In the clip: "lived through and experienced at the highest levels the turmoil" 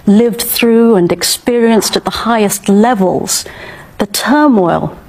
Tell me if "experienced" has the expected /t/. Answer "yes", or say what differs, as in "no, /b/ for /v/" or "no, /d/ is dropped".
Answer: yes